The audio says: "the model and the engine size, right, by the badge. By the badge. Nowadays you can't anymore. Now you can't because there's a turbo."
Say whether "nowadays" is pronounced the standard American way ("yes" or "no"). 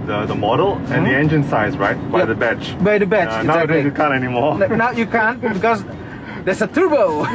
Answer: no